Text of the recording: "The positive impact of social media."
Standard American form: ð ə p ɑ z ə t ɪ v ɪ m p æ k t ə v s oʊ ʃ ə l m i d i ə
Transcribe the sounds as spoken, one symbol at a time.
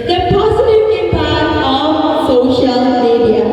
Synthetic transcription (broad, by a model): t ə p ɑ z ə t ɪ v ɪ p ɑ t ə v s oʊ ʃ ə l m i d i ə